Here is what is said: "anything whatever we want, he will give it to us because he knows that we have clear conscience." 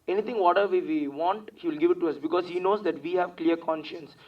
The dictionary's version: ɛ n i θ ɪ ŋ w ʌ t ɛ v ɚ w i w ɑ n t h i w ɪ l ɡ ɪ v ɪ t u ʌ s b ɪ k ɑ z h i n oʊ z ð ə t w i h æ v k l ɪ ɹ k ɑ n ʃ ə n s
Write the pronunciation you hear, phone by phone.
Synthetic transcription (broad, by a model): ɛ n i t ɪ ŋ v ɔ t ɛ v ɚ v i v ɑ n t h i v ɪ l ɡ ɪ v ɪ t u ʌ s b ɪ k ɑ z h i n oʊ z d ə t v i h æ v k l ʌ ɹ k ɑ n ʃ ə n s